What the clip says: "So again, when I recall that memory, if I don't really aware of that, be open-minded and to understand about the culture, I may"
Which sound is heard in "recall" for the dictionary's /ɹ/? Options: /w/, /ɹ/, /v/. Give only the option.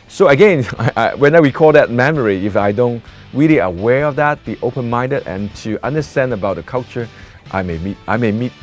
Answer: /w/